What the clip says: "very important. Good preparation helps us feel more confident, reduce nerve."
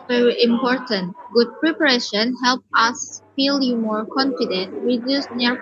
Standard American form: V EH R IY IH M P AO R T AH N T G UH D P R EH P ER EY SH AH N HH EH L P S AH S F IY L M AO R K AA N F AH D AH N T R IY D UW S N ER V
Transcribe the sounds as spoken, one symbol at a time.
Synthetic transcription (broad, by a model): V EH R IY IH M P AO R T AH N T G UH D P R EH P ER EY SH AH N HH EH L P AH S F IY L M AO R K AA N F AH D AH N T R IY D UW S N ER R